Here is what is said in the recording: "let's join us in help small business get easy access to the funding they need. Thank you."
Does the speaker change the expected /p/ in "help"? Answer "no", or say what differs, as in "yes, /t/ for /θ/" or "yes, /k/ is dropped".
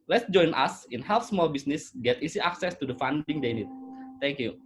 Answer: yes, /f/ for /p/